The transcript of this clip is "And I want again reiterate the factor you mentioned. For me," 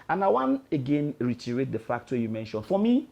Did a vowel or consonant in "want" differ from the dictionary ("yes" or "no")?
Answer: yes